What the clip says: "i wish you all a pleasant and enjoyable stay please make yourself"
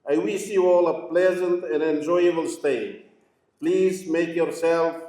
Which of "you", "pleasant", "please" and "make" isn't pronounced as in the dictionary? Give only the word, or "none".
none